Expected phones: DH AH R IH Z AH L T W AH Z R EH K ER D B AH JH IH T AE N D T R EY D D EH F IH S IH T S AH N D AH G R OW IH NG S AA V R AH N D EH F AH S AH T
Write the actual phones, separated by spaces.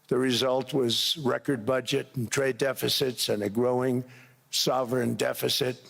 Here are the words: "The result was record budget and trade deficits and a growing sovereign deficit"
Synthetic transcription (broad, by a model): DH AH R IH Z AH L T W AH Z R EH K ER D B AH JH IH T N T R EY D D EH F IH S IH T S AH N AH G R OW IH NG S AA V R N D EH F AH S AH T